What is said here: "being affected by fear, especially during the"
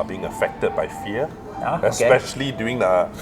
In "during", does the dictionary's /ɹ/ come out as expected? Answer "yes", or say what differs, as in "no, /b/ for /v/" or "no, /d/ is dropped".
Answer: no, /ɹ/ is dropped